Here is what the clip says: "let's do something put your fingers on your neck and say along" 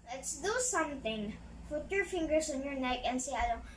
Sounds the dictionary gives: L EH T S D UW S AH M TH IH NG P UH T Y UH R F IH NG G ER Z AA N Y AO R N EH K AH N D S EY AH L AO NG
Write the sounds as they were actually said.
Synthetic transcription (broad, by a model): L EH T S D UW S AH M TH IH NG F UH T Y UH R F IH NG G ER S AA N Y AO R N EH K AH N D S EY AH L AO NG